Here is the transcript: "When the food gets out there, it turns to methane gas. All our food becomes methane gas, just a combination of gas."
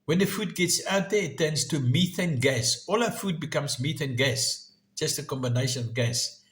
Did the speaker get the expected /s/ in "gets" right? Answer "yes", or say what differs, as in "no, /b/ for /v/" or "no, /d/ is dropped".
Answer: yes